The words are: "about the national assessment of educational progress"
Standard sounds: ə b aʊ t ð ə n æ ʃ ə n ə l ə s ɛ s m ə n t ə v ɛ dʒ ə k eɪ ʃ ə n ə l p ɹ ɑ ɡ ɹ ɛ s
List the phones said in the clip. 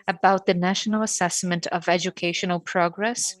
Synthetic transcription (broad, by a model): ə b aʊ t ð ə n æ ʃ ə n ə l ə s ɛ s m ə n t ə v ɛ dʒ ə k eɪ ʃ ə n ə l p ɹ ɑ ɡ ɹ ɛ s